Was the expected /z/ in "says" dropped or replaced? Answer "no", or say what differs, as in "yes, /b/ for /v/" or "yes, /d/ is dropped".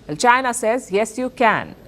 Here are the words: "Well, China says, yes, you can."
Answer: no